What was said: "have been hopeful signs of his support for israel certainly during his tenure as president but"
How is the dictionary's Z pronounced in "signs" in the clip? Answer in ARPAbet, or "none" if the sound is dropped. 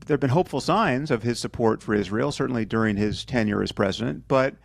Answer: Z